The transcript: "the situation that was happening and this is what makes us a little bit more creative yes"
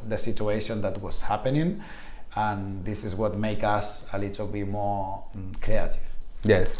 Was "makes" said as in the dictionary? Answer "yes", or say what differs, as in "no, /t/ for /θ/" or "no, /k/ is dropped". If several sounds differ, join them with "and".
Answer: no, /s/ is dropped